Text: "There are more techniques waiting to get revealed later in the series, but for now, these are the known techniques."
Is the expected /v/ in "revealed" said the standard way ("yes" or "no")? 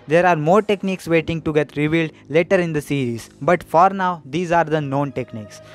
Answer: yes